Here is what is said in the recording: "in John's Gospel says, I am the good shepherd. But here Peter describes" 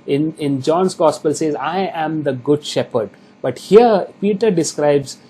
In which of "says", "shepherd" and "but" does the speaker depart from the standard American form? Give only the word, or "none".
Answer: none